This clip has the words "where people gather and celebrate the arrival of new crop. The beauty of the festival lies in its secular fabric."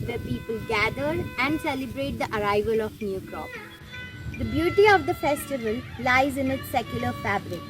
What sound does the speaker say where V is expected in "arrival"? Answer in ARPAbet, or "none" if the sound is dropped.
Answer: V